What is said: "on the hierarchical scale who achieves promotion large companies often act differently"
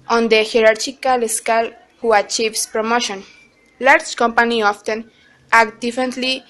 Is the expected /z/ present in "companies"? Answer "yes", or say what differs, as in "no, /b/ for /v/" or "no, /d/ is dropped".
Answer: no, /z/ is dropped